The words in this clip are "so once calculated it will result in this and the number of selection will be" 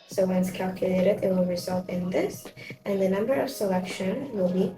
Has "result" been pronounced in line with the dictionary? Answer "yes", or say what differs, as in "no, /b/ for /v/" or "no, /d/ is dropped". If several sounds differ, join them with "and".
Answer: yes